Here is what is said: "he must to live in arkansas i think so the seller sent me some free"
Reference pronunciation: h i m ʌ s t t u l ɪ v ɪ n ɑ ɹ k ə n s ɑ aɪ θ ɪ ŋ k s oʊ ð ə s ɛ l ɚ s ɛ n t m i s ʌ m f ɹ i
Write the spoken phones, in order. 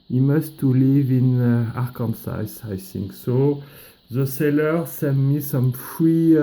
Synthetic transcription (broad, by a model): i m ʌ s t t u l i v ɪ n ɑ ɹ k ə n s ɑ aɪ s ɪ ŋ k s oʊ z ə s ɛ l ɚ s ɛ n m i s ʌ m f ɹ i